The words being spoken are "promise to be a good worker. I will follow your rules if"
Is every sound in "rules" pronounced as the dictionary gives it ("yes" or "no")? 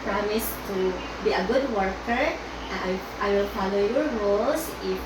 no